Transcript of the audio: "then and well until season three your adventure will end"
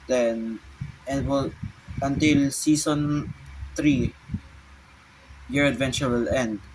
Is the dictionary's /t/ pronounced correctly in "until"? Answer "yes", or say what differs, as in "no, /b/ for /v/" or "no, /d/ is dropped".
yes